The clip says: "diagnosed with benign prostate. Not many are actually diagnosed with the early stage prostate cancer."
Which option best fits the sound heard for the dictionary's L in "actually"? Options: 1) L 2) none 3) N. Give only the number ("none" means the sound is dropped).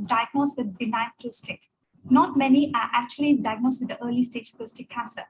1